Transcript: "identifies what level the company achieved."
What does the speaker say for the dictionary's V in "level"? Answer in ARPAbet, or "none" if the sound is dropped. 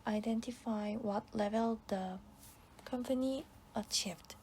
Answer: V